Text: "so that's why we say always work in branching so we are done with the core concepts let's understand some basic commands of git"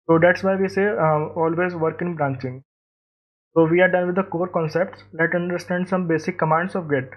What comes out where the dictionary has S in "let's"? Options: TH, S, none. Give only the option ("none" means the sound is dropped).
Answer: none